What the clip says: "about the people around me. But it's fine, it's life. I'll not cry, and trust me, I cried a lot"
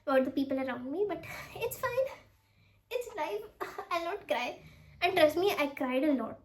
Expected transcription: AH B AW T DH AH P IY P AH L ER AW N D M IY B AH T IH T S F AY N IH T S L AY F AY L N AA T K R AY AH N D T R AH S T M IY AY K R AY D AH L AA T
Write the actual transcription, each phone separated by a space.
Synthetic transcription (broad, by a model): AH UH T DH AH P IY P AH L ER AW N D M IY B AH T IH T S F AY N IH T S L AY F AY L N AA T K R AY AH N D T R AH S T M IY AY K R AY D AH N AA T